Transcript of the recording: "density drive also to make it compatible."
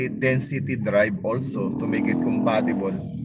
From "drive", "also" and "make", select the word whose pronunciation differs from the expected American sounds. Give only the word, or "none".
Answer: drive